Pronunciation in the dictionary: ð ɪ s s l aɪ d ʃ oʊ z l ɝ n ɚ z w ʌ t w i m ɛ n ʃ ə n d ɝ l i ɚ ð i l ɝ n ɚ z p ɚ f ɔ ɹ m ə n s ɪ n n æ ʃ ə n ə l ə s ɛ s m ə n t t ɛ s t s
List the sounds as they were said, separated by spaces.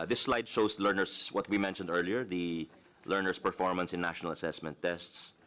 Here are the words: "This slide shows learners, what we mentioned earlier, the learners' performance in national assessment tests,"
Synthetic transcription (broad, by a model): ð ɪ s s l aɪ d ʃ oʊ s l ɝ n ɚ s w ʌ t w i m ɛ n ʃ ə n d ɝ l i ɚ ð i l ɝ n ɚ s p ɚ f ɔ ɹ m ə n s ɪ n n æ ʃ ə n ə l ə s ɛ s m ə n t t ɛ s t s